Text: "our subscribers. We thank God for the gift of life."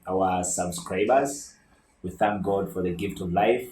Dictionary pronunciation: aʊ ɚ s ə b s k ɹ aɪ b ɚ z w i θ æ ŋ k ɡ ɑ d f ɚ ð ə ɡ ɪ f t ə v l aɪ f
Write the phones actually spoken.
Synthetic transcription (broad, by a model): aʊ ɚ s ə b s k ɹ aɪ b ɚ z w i θ æ ŋ k ɡ ɑ d f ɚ ð ə ɡ ɪ f t ə v l aɪ f